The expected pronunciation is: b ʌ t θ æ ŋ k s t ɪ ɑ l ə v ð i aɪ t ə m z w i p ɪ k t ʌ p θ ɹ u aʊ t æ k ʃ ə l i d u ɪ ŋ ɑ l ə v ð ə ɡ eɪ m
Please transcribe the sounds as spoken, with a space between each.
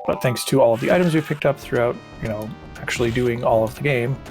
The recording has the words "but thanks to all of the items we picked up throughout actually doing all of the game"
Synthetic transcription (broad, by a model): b ʌ t θ æ ŋ k s t ɪ ɑ l ə v ð i aɪ t ə m z w i p ɪ k t ʌ p θ ɹ u aʊ t æ k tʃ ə l i d u ɪ ŋ ɑ l ə v ð ə ɡ eɪ m